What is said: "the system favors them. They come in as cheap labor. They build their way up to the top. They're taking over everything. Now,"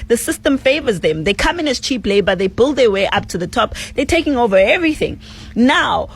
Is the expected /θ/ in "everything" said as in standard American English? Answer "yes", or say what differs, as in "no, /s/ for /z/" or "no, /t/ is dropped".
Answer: yes